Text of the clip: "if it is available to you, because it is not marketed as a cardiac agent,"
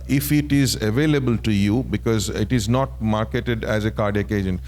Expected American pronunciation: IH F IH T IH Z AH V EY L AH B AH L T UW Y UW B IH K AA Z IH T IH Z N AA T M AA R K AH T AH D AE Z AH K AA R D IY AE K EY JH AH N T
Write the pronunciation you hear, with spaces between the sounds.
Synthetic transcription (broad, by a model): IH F IH T IH Z AH V EY L AH B AH L T UW Y UW B IH K AA Z IH T IH Z N AA T M AA R K AH T AH D AE Z AH K AA R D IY K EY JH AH N